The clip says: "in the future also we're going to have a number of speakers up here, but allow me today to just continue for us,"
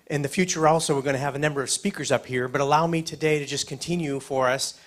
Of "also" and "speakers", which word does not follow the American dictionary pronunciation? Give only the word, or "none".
none